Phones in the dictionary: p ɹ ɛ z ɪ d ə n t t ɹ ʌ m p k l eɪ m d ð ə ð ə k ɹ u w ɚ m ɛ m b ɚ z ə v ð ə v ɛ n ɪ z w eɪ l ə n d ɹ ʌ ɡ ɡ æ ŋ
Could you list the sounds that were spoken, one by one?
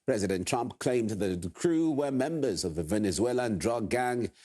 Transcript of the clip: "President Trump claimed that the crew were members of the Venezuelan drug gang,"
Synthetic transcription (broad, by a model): p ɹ ɛ z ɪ d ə n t t ɹ ʌ m p k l eɪ m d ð ð ə k ɹ u w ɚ m ɛ m b ɚ z ə v ð ə v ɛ n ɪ z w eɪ l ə n d ɹ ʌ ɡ ɡ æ ŋ